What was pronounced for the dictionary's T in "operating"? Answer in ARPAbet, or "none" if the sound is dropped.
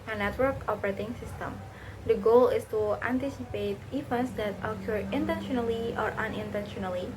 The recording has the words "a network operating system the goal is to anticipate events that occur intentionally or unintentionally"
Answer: T